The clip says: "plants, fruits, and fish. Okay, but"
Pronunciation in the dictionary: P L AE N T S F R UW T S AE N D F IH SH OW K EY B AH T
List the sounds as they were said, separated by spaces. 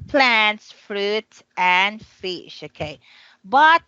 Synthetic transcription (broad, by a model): P L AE N T S F R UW T AE N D F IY SH OW K EY B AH T